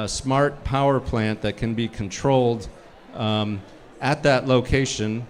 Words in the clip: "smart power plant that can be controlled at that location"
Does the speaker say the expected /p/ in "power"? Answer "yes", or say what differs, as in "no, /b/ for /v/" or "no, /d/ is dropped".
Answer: yes